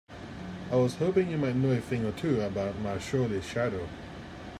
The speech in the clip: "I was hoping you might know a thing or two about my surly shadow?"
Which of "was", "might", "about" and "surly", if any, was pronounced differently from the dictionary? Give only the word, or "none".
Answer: surly